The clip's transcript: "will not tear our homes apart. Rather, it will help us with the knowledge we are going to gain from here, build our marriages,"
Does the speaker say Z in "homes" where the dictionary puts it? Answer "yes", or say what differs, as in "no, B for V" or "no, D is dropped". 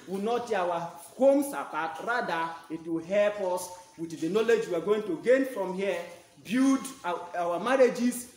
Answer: no, S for Z